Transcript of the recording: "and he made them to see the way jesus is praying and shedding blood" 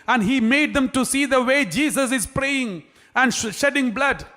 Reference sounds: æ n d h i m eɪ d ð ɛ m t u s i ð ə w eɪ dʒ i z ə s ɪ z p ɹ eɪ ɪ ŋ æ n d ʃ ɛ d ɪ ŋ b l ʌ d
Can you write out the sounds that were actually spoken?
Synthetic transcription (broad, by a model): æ n d h i m eɪ d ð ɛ m t u s i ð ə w eɪ dʒ i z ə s ɪ z p ɹ eɪ ɪ ŋ æ n d ʃ ɛ d ɪ ŋ b l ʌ d